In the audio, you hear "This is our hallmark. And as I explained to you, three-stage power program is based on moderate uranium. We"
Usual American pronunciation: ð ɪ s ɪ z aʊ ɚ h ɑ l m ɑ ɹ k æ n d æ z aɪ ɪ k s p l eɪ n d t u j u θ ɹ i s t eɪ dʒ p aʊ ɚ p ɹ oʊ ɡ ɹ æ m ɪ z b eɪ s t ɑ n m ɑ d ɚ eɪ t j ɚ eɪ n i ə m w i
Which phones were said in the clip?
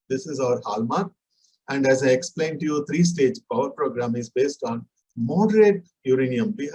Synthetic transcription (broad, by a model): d ɪ s ɪ z aʊ ɚ h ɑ l m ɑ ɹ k æ n d æ z aɪ ɪ k s p l eɪ n d t u j u t ɹ i s t eɪ dʒ p aʊ ɚ p ɹ oʊ ɡ ɹ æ m ɪ z b eɪ s t ɑ n m ɑ d ɚ eɪ t j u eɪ n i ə m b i